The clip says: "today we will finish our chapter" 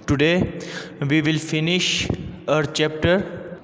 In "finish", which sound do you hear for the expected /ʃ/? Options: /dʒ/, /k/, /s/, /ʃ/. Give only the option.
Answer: /ʃ/